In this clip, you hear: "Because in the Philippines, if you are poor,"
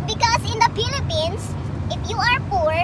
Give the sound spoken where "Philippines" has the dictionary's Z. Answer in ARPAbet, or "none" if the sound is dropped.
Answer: S